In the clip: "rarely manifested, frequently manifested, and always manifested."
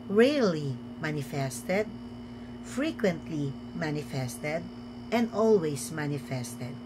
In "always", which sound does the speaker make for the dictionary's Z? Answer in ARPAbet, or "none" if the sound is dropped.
S